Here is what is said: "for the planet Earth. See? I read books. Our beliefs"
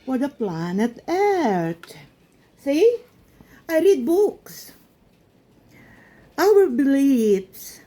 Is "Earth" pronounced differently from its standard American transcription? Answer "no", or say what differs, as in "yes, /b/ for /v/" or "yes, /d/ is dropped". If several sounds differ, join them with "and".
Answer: yes, /t/ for /θ/